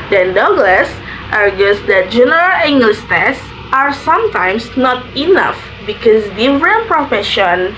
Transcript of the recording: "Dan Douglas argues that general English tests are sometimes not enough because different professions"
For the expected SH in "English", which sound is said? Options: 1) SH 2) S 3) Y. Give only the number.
2